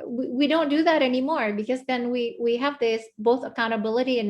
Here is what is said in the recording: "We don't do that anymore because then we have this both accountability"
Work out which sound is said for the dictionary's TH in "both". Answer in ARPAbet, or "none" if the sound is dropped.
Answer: TH